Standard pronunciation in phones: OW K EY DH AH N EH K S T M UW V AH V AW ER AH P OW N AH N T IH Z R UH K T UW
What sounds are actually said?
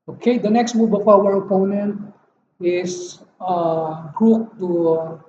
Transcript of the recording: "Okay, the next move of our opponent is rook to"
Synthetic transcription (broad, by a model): OW K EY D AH N EH K S T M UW B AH F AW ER AH P OW N AH N T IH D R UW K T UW